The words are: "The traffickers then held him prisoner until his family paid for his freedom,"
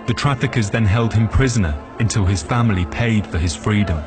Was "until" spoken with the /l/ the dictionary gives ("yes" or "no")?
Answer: yes